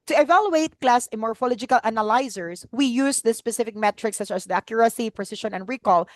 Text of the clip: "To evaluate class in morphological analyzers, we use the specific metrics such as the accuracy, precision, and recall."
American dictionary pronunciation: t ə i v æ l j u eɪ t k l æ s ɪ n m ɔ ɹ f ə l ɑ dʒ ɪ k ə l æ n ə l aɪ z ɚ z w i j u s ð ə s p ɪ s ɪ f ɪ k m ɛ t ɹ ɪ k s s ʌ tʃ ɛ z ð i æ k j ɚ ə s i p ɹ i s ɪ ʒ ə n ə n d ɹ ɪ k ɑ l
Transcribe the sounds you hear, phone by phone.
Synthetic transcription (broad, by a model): t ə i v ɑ l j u eɪ t k l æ s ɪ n m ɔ ɹ f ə l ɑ dʒ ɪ k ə l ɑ n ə l aɪ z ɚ s w i j u s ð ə s p ɪ s ɪ f ɪ k m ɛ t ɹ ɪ k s s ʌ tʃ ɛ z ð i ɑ k j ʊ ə s i p ɹ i s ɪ ʃ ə n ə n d ɹ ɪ k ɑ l